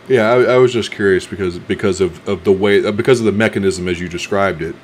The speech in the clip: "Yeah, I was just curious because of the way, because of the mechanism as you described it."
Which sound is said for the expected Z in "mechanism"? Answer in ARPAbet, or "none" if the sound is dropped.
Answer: Z